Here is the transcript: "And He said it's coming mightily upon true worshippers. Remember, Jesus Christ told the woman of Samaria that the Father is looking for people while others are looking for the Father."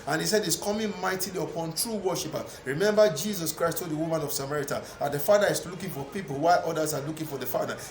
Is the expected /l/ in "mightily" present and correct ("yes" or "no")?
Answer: yes